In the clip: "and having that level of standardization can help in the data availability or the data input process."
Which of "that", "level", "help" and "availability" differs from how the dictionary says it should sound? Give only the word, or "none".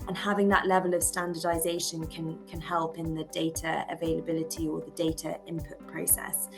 none